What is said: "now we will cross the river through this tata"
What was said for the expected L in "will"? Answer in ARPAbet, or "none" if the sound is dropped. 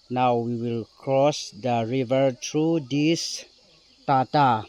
L